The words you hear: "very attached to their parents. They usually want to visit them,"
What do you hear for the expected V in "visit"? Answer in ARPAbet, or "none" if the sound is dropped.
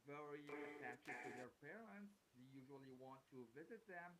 V